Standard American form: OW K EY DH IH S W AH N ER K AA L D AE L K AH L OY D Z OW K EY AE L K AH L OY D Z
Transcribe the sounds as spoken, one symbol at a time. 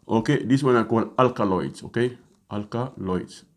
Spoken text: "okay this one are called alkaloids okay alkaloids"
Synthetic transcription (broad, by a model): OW K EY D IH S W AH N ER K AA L AA L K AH L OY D S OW K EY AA L K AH L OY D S